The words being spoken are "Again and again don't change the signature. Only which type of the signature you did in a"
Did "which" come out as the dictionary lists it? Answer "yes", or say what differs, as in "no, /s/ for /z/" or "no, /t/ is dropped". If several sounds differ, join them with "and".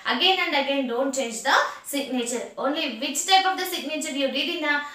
no, /s/ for /tʃ/